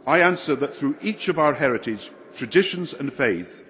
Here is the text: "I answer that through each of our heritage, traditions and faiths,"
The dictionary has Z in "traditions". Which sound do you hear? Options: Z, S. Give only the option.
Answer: Z